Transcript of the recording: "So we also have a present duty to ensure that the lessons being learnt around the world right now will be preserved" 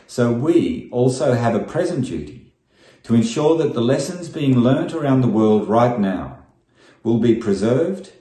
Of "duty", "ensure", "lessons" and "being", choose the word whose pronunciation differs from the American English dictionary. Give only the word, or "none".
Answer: none